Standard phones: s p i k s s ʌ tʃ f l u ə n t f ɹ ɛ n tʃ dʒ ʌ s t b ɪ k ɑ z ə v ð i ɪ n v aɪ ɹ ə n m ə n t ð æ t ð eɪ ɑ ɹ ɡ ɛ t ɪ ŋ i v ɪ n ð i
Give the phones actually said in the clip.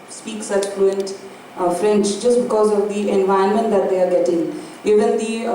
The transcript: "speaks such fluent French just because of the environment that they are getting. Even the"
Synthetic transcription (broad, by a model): s p i k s s ʌ tʃ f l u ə n t f ɹ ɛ n s dʒ ʌ s t b ɪ k ɑ z ə v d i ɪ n v aɪ ə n m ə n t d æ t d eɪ ɑ ɹ ɡ ɛ t ɪ ŋ i v ɪ n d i